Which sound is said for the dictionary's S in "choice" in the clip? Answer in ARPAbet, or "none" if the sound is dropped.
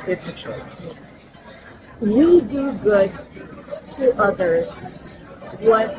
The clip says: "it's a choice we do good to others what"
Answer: none